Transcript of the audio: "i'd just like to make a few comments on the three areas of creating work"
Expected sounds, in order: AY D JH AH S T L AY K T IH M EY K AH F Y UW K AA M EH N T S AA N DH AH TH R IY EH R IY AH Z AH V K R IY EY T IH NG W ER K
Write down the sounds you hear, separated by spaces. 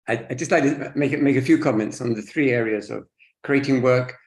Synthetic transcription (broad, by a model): AY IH JH AH S T L AY K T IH M EY K AH F Y UW K AA M EH N T S N DH AH TH R IY EH R IY AH Z AH V K R IY EY T IH NG W ER K